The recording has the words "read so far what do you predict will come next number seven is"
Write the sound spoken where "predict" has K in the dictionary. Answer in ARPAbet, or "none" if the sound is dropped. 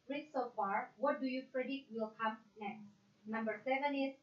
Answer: none